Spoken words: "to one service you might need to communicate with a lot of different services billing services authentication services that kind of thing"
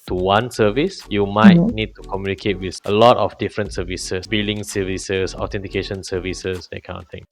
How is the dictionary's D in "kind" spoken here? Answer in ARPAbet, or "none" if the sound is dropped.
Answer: none